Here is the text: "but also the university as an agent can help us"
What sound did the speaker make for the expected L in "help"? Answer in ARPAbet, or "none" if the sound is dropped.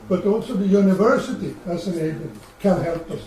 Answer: L